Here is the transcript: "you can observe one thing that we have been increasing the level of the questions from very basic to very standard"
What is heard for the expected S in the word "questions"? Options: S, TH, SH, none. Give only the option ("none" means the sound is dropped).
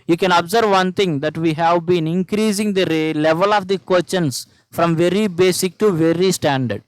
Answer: none